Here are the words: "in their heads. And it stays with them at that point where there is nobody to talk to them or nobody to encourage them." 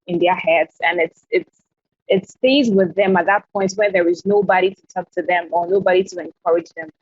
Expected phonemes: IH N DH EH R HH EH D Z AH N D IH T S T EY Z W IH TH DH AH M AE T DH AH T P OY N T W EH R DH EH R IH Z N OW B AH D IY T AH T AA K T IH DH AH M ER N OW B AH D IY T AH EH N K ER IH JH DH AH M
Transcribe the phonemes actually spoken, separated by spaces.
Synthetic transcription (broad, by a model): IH N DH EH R HH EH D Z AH N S IH T S T EY Z W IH DH AH M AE T DH AH T P OY N T W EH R DH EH R IH Z N OW B AH D IY T AH T AA K T IH DH AH M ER N OW B AH D IY T AH EH N K ER IH JH DH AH M